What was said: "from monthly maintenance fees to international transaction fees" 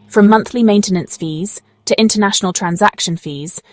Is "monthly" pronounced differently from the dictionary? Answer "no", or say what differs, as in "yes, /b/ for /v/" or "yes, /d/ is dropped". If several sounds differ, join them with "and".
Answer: no